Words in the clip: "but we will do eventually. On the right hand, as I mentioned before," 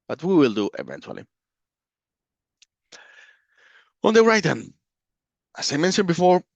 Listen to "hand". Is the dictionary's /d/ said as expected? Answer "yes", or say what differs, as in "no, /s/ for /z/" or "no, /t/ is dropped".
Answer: no, /d/ is dropped